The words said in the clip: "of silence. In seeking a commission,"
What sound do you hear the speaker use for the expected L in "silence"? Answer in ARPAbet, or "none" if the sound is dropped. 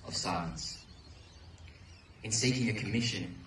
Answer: none